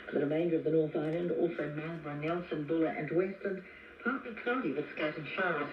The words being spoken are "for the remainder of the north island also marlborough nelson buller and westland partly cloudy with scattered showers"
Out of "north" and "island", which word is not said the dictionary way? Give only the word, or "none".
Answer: none